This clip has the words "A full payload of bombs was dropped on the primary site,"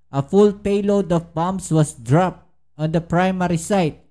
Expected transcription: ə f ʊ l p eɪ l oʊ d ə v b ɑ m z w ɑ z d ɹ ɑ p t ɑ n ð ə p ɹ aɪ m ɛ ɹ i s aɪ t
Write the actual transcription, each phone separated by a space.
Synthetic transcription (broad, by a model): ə f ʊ l p eɪ l oʊ d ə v b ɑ m s w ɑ s d ɹ ɑ p t ɑ n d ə p ɹ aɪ m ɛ ɹ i s aɪ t